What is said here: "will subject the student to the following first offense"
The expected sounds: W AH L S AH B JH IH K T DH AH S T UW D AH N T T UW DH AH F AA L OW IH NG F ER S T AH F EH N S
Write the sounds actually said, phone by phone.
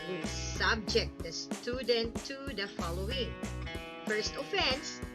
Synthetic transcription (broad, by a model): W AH S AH B JH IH K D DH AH S T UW D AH N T T UW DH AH F AA L OW IH NG F ER S T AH F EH N S